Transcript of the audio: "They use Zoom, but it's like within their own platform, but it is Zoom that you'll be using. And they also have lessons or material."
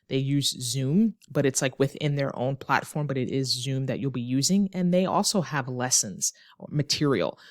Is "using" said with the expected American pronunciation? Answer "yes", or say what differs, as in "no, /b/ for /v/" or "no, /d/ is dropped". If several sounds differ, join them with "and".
yes